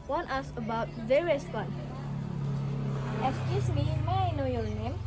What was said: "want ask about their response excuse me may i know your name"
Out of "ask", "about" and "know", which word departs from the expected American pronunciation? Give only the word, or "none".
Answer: ask